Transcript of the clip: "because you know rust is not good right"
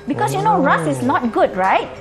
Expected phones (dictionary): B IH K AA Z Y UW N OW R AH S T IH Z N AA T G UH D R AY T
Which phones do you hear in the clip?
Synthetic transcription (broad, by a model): B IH K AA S Y UW N OW R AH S IH S N AA T G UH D R AY T